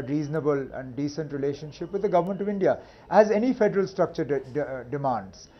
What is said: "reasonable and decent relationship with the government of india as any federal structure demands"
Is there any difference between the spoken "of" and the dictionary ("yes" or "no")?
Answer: no